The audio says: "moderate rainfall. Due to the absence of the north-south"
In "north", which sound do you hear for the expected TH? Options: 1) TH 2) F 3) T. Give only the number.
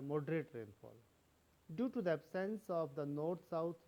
3